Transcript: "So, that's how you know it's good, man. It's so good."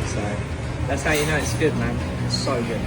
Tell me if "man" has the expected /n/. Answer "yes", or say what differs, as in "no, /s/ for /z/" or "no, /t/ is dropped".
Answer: no, /n/ is dropped